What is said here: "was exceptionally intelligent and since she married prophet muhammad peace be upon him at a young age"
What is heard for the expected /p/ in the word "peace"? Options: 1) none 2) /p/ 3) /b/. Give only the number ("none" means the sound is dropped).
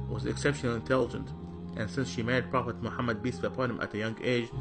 3